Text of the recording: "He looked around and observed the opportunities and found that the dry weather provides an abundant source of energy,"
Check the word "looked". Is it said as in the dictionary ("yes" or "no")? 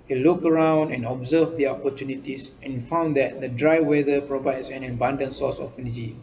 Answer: no